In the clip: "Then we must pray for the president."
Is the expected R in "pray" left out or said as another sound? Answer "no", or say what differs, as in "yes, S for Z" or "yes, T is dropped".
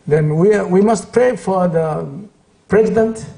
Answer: no